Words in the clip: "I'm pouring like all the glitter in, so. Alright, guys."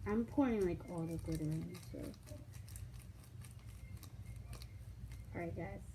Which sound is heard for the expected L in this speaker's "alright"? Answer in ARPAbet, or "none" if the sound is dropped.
none